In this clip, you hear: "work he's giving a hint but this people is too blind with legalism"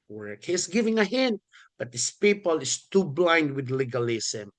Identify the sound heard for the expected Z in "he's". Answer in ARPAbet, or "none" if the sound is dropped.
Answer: S